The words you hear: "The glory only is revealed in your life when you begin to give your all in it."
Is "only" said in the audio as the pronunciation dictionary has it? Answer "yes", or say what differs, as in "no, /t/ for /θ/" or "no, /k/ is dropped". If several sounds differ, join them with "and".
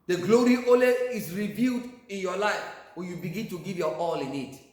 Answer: no, /n/ is dropped